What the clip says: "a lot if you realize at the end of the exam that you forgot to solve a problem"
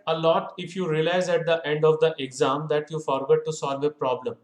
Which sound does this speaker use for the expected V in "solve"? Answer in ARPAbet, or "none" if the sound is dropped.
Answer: V